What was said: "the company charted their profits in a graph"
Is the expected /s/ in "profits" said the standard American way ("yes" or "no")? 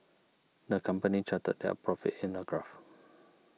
no